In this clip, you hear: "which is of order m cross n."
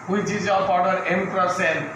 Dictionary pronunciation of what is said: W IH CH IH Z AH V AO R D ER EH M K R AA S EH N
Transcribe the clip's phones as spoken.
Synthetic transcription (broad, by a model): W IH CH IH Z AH P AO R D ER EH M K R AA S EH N